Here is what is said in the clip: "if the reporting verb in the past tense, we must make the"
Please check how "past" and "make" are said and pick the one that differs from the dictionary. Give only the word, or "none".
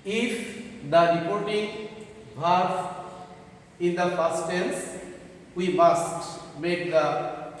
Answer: past